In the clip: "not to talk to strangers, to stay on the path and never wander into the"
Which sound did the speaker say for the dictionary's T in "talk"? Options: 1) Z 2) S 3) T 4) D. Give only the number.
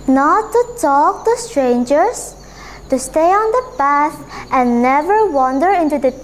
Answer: 3